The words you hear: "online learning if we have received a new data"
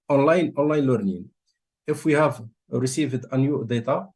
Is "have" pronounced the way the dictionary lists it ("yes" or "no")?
yes